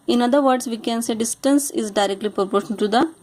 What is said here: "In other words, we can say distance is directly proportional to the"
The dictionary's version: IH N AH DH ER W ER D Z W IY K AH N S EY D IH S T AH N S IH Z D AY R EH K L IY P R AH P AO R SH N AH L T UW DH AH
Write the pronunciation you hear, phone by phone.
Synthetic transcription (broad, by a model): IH N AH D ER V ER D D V IY K AH N S EY D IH S T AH N S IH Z D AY R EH K L IY P R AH P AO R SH AH N T UW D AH